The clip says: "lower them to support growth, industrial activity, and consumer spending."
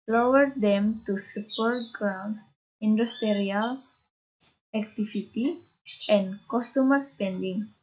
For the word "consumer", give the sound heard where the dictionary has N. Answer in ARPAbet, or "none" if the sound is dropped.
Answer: none